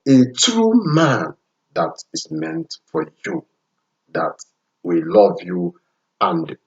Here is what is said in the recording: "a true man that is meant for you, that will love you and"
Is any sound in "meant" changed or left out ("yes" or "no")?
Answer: no